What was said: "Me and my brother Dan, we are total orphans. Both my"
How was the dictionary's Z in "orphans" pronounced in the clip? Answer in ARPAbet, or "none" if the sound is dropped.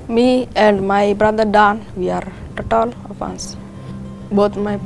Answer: S